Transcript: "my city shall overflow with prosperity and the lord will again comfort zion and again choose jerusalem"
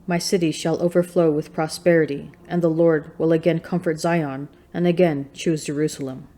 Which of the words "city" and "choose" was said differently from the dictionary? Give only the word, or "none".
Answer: none